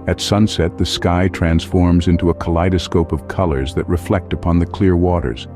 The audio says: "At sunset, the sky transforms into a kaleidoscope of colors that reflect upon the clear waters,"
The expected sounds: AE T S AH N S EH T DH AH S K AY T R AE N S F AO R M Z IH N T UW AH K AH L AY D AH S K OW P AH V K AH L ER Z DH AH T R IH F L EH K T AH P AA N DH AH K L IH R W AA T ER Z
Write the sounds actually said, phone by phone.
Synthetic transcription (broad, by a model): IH T S AH N S EH T DH AH S K AY T R AE N S F AO R M Z IH N T UW AH K AH L AY D AH S K OW P AH V K AH L ER Z DH AH T R IH F L EH K T AH P AA N DH AH K L IH R W AA T ER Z